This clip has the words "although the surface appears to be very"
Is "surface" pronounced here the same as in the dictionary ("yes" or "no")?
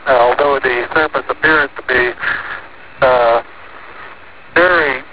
no